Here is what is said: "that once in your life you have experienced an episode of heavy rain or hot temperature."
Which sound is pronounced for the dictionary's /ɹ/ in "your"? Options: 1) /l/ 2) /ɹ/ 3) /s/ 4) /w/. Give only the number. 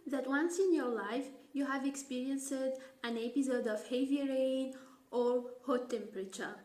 2